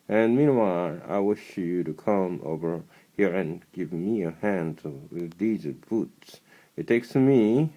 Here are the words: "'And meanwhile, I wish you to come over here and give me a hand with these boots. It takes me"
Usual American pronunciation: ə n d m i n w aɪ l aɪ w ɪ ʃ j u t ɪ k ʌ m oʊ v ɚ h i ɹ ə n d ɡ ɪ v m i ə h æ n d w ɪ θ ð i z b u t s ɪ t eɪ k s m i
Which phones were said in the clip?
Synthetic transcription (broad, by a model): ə n m i n w aɪ l aɪ w ɪ ʃ j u t ɪ k ʌ m oʊ v ɚ h i ɹ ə n ɡ ɪ v m i ə h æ n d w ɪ ð i z b u t s ɪ t eɪ k s m i